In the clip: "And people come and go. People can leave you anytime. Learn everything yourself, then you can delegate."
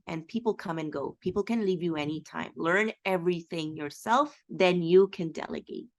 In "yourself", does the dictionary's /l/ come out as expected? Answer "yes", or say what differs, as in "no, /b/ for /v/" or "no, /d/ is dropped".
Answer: yes